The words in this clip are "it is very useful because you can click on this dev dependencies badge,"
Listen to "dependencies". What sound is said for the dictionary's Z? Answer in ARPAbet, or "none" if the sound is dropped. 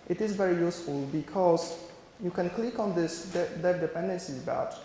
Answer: none